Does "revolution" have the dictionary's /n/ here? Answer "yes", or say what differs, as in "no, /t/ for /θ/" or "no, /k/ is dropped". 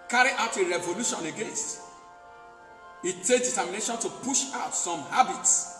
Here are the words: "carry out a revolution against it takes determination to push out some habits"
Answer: yes